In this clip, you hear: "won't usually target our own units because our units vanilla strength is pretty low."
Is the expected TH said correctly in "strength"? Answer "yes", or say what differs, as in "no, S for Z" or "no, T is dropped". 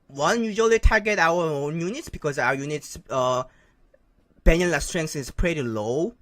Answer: no, S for TH